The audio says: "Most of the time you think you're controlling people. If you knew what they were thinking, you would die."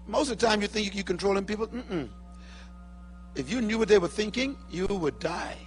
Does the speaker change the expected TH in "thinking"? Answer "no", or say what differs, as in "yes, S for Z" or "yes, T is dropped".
no